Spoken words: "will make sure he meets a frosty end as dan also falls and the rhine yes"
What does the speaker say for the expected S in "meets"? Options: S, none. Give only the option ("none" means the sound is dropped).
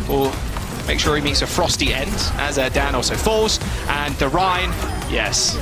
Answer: S